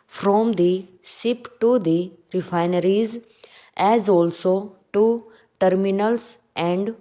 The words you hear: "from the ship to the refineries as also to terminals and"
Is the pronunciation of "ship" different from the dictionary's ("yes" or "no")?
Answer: yes